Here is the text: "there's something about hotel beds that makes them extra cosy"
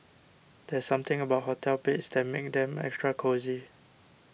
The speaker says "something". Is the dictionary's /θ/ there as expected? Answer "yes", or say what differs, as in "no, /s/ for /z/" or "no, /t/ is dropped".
no, /t/ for /θ/